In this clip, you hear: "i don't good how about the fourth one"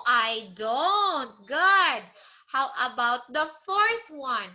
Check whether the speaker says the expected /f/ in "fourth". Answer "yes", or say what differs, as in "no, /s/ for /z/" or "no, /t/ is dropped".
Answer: yes